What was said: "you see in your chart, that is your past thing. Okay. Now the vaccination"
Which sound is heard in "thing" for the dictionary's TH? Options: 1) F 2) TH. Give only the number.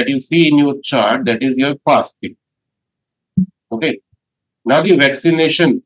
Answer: 1